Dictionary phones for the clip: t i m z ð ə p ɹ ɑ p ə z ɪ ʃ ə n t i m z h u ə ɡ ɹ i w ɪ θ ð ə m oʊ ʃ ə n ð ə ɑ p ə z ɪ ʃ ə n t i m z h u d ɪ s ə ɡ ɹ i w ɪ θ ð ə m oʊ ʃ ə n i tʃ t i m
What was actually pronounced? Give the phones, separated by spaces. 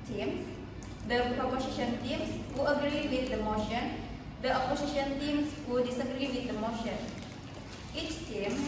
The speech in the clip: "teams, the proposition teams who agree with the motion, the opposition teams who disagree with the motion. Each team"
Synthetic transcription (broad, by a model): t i m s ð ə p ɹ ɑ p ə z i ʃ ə n t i m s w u ə ɡ ɹ i w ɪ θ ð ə m oʊ ʃ ə n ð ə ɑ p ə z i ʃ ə n t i m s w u d ɪ s ə ɡ ɹ i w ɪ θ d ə m oʊ ʃ ə n i tʃ t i m